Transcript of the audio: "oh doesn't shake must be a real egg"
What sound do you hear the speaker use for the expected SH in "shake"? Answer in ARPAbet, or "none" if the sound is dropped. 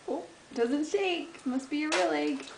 S